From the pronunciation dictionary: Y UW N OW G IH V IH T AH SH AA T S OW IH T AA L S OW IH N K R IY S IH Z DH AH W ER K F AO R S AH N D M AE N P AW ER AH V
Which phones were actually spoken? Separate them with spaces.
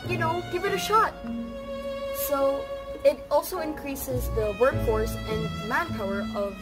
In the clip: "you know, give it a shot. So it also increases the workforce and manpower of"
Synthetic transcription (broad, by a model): Y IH N OW G IH V IH T AH SH AA T S OW IH T AA L S OW IH N K R IY S IH Z DH AH W ER K F AO R S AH N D M AE N P AW ER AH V